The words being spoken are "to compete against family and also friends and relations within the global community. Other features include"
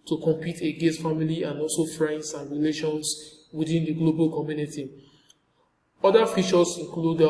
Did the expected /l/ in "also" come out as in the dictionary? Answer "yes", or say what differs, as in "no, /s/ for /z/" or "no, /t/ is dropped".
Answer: yes